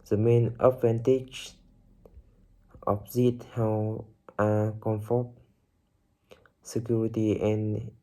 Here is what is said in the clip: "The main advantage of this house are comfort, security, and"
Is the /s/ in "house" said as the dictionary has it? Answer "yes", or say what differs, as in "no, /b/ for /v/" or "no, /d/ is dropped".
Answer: no, /s/ is dropped